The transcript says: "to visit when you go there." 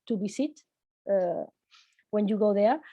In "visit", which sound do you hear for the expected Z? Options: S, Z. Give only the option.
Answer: S